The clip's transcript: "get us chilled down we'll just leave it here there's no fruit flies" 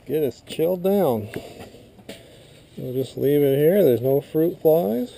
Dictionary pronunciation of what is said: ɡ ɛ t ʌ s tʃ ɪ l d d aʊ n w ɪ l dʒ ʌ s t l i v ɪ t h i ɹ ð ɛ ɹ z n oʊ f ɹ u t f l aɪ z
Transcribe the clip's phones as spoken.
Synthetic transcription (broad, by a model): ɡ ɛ t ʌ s tʃ ɪ l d d aʊ n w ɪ l dʒ ʌ s t l i v ɪ t h i ɹ ð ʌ ɹ z n oʊ f ɹ u t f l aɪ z